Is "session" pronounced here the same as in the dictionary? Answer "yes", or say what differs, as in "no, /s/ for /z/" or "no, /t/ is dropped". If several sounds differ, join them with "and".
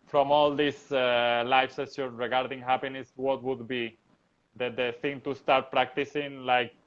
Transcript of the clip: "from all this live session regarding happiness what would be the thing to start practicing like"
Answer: no, /s/ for /ʃ/